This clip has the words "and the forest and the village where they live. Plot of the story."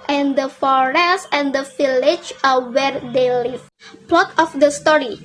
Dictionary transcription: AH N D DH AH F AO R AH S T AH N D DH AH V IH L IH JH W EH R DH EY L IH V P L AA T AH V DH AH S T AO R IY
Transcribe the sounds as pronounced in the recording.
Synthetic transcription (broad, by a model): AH N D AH F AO R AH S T AH N D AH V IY L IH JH W EH R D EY L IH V P L AA T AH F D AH S T AO R IY